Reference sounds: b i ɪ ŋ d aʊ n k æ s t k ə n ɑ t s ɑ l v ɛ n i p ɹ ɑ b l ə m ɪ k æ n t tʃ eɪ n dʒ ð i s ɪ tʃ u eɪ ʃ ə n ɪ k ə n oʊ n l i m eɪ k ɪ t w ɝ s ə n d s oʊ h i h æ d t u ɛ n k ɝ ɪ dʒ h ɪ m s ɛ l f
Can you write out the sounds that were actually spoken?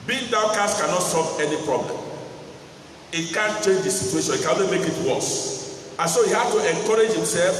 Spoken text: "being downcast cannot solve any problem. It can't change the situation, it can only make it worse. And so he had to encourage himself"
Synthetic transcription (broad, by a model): b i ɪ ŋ d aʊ k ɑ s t k ə n ɑ t s ɑ l v ɛ n i p ɹ ɑ b l ə m ɪ k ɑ n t tʃ eɪ n dʒ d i s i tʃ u eɪ ʃ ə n ɪ k ə n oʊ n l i m eɪ k ɪ t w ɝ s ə n s oʊ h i h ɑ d t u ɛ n k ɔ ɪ dʒ h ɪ m s ɛ l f